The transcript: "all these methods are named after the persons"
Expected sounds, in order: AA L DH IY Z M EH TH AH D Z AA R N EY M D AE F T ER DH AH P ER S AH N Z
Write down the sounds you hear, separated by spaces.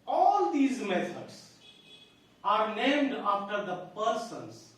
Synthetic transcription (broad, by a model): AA L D IY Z M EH T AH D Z AA R N EY M D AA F T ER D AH P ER S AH N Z